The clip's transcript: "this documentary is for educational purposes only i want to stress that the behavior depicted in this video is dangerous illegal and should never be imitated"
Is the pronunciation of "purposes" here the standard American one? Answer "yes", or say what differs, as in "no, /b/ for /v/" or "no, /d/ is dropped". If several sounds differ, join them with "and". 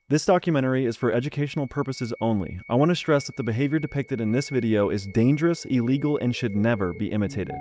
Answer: yes